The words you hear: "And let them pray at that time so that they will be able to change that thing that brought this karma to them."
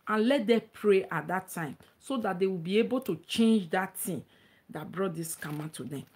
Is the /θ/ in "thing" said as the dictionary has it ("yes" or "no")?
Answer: no